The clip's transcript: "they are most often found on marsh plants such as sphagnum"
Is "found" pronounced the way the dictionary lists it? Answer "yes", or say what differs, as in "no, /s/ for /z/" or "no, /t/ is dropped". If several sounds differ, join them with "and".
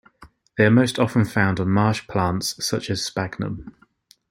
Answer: yes